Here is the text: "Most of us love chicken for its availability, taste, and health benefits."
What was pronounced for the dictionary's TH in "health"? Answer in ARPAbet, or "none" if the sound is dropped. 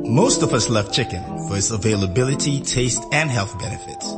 TH